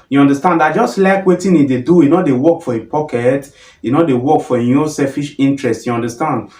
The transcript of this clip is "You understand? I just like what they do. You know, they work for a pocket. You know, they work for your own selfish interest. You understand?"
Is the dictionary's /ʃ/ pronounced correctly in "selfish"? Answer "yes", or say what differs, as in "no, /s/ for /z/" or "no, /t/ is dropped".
yes